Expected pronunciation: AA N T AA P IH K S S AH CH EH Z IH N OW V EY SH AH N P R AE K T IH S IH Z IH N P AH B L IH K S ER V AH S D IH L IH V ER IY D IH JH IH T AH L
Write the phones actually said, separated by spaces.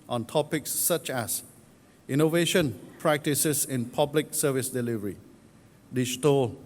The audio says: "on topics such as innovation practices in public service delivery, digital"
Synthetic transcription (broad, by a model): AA N T AA P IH K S S AH CH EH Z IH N OW V EY SH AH N P R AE K T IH S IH S IH N P AH B L IH K S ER V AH S D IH L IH V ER IY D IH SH T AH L